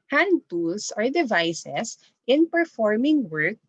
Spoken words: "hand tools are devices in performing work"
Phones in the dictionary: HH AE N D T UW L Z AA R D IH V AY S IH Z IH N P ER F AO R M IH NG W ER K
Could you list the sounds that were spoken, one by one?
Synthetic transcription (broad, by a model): HH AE N D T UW L S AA R D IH V AY S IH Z IH N P ER F AO R M IH NG W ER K